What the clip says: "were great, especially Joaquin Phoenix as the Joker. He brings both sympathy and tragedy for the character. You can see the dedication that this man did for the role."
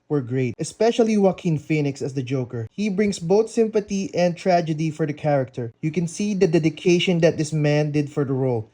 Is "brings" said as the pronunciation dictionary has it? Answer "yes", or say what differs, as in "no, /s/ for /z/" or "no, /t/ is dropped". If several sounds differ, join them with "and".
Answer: no, /s/ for /z/